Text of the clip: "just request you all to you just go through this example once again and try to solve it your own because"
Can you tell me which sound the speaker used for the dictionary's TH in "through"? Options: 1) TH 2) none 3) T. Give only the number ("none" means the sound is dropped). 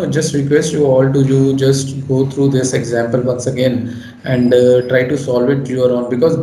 3